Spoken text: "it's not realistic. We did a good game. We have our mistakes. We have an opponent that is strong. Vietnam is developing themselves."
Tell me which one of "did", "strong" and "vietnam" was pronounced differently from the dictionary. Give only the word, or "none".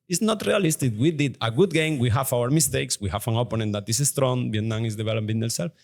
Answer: vietnam